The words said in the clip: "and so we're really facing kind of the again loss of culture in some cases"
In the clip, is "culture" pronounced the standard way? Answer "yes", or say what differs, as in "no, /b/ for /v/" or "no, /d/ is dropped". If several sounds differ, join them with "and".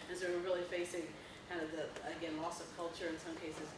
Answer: yes